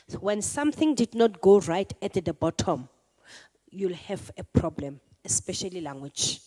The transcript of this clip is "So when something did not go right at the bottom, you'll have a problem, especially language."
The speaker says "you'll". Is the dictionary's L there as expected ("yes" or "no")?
yes